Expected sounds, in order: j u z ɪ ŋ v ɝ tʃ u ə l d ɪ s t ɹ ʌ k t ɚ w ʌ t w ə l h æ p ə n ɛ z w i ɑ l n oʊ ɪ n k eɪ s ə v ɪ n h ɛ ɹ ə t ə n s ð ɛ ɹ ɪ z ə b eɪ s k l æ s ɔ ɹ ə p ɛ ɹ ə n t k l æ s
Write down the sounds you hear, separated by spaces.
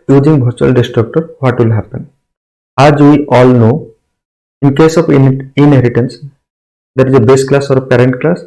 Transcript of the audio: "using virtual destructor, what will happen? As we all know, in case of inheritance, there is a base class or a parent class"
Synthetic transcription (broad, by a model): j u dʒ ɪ ŋ b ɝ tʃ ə l d ɪ s t ɹ ʌ k t ɚ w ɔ t w ə l h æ p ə n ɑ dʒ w i ɑ l n oʊ ɪ n k eɪ s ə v ɪ n h ɛ ɹ ə t ə n s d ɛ ɹ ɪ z ə b eɪ s k l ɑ s ɔ ɹ p ɛ ɹ ə n t k l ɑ s